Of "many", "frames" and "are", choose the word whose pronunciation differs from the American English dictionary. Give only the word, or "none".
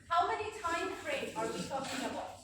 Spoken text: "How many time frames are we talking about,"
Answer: frames